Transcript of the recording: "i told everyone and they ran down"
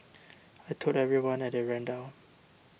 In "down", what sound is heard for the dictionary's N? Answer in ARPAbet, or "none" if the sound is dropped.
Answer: none